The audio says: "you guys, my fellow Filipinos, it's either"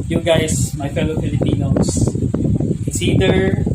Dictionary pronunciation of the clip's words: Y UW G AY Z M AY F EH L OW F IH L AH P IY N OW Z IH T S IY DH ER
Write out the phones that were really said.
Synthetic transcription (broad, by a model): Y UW G AY S M AY F EH L OW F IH L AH P IY N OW IH S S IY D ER